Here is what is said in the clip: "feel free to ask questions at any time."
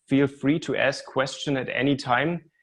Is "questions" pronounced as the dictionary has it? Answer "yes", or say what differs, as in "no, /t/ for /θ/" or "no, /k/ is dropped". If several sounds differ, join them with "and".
no, /z/ is dropped